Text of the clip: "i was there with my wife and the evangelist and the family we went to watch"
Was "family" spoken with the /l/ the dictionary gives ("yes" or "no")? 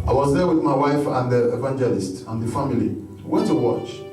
no